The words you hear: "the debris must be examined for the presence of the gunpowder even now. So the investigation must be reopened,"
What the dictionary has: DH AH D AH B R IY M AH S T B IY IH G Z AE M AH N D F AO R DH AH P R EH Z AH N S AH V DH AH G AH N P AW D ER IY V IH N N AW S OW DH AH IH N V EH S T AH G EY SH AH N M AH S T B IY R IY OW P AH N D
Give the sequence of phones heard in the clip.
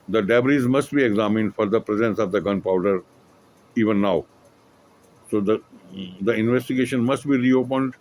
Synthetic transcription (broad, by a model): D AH D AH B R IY M AH S T B IY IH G Z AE M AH N D F AO R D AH P R EH Z AH N S AH V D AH G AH N P AW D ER IY V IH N N AW S OW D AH IH N V EH S T AH G EY SH AH N M AH S T B IY R IY OW P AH N D